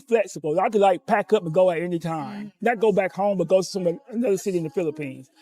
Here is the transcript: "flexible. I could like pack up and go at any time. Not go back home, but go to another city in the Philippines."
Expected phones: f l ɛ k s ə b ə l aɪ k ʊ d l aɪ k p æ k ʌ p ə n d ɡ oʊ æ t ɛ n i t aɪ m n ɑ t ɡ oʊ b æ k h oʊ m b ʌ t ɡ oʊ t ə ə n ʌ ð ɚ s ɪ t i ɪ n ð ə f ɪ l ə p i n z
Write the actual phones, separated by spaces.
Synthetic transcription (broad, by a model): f l ɛ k s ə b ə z aɪ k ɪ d l aɪ k p æ k ʌ p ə n ɡ oʊ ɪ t ɛ n i t aɪ m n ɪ t ɡ oʊ b æ k h oʊ m b ʌ t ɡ oʊ s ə ə n ʌ ð ɚ s ɪ t i ɪ n ð ə f ɪ l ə p i n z